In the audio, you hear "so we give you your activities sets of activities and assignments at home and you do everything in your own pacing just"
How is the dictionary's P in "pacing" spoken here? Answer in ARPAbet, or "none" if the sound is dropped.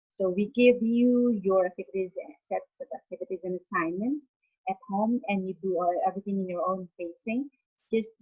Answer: F